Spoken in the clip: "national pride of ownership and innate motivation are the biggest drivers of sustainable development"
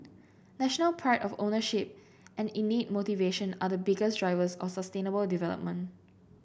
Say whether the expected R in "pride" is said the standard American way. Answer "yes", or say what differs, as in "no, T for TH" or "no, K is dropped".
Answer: no, R is dropped